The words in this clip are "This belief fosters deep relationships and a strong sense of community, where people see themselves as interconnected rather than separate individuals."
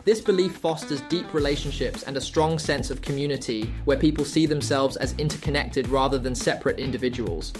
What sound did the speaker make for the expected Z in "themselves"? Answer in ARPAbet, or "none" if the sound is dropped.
Z